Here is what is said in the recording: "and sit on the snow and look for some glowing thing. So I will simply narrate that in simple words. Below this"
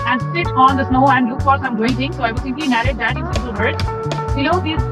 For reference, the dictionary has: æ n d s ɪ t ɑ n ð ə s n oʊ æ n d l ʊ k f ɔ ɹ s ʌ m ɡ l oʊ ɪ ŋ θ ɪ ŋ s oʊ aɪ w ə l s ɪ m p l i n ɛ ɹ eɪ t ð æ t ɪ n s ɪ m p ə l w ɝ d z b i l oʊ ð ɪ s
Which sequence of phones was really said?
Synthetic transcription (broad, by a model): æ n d s ɪ t ɑ n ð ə s n oʊ æ n d l ʊ k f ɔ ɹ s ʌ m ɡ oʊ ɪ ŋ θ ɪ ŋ s oʊ aɪ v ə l s ɪ m p l i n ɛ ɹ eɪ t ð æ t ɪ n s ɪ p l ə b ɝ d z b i oʊ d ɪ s